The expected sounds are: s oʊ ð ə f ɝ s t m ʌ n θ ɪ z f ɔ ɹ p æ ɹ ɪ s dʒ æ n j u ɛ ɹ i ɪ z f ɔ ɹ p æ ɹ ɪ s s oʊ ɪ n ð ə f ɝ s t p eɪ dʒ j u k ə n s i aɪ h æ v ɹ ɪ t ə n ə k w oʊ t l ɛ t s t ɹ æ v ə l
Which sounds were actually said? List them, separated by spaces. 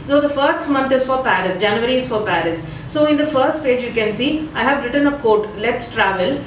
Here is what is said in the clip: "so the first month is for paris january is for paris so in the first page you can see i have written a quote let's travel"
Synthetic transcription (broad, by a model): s oʊ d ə f ɝ s t m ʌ n t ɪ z f ɔ ɹ p æ ɹ ɪ s dʒ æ n j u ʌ ɹ i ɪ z f ɔ ɹ p æ ɹ ɪ s s oʊ ɪ n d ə f ɝ s t p eɪ dʒ j u k ə n s i aɪ h æ v ɹ ɪ t ə n ə k oʊ t l ɛ t s t ɹ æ v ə l